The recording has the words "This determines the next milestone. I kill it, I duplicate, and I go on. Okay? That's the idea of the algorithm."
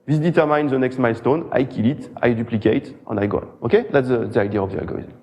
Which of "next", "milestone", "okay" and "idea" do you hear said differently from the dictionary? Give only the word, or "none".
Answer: none